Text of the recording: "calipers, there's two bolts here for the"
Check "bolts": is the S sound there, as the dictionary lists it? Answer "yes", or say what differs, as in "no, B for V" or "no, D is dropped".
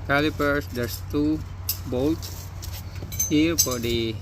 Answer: no, S is dropped